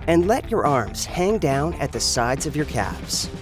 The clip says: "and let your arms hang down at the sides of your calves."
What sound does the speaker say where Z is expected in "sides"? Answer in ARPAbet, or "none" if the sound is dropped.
Z